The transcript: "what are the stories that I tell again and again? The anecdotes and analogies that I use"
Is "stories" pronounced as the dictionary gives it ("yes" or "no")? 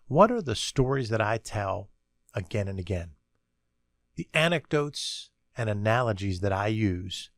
yes